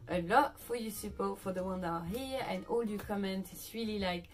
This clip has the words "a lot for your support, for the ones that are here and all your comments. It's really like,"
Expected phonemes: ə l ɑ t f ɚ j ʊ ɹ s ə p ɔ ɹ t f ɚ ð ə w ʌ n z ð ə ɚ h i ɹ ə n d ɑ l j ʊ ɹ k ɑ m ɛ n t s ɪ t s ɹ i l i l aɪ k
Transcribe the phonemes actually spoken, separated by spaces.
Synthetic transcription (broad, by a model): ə l ɑ t f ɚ j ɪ s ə p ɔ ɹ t f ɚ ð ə w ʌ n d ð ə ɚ h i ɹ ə n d ɑ l j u k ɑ m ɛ n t ɪ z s ɹ i l i l aɪ k